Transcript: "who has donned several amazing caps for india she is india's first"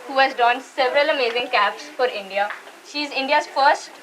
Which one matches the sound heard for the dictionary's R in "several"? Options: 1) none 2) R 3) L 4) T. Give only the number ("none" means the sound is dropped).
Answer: 2